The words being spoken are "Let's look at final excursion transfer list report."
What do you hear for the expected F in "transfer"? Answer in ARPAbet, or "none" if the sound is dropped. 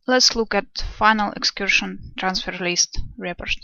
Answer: F